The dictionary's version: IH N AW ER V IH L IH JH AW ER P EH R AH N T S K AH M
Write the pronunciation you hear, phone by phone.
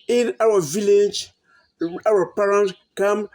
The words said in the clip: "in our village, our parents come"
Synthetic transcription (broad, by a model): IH N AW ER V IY L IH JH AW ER P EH R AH N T K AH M